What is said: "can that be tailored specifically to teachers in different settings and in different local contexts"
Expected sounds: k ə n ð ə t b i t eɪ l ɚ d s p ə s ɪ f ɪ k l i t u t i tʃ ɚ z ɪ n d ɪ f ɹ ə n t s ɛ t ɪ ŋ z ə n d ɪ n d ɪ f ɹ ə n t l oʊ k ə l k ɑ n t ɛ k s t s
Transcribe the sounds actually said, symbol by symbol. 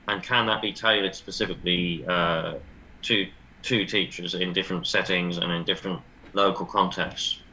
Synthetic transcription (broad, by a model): k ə n ð ə t b i t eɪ l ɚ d s p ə s ɪ f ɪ k l i t u t i tʃ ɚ z ɪ n d ɪ f ɹ ə n t s ɛ t ɪ ŋ z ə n ɪ n d ɪ f ɹ ə n t l oʊ k ə l k ɑ n t ɛ k s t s